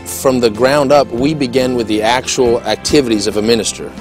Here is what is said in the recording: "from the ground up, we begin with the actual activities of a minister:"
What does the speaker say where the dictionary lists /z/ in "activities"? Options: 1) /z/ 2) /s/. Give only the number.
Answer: 1